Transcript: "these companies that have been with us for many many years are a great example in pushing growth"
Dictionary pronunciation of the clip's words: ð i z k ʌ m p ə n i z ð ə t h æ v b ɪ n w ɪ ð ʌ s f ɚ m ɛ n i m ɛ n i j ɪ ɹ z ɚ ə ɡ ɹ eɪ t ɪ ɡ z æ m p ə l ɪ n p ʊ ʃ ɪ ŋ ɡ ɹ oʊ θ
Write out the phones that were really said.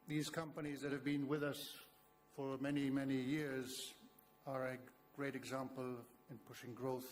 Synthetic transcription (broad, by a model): ð i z k ʌ m p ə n i z ð ə t h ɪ v b ɪ n w ɪ ð ʌ s f ɚ m ɛ n i m ɛ n i j ɪ ɹ z ɚ ə ɡ ɹ eɪ t ɪ ɡ z æ m p ə l ɪ n p ʊ ʃ ɪ ŋ ɡ ɹ oʊ θ